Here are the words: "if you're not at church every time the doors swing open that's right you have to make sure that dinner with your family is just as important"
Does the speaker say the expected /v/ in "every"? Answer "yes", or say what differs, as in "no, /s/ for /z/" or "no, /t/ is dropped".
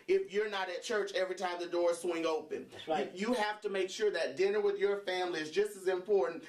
yes